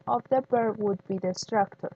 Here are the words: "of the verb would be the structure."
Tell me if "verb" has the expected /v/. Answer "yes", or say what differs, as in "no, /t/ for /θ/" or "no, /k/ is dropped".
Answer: no, /b/ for /v/